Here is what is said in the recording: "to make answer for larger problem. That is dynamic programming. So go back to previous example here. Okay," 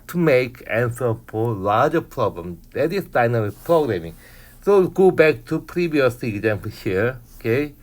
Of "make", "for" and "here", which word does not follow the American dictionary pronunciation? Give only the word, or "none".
for